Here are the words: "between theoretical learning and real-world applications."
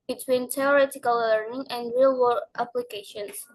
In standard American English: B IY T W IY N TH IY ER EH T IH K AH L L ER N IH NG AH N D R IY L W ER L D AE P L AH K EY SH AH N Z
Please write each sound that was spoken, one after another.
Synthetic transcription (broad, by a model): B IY T W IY N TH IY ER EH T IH K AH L L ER IH NG AH N D R IY L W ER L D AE P L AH K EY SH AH N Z